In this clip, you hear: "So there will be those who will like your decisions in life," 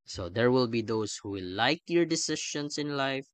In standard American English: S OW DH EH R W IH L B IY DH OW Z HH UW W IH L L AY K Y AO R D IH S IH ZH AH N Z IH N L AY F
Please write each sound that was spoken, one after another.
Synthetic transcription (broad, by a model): S OW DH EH R W IH L B IY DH OW S HH UW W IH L L AY K Y AO R D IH S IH SH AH N S IH N L AY F